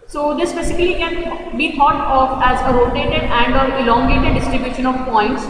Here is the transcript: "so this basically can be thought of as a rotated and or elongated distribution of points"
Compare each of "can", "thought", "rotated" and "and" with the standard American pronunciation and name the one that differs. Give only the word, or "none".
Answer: thought